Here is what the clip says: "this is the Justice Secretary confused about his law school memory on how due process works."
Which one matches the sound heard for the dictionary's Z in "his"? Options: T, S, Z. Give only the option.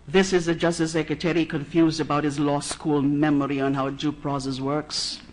Z